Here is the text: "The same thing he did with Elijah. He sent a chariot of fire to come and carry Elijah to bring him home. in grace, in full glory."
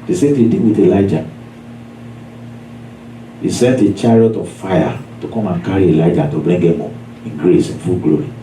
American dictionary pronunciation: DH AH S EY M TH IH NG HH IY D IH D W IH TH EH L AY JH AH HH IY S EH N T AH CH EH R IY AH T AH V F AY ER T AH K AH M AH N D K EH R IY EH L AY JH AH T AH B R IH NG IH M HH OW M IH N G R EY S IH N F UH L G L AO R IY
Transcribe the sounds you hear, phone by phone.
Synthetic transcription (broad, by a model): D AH S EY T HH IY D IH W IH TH EH L AY JH AH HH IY S EH N T AH CH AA R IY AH T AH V F AY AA T AH K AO M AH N K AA R IY EH L AY JH AH T AH B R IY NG IH M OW IH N G R EY S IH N F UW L G L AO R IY